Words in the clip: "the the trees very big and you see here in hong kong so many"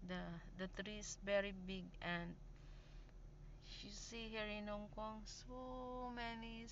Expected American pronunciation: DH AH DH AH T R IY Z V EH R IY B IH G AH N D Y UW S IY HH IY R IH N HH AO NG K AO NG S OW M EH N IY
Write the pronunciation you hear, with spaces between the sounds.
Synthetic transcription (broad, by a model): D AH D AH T R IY S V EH R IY B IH G AH N D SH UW S IY HH IY R IH N HH AO NG K AO NG S OW M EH N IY